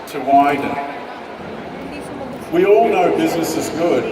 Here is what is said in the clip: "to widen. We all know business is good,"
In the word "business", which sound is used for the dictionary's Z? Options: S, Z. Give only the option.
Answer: Z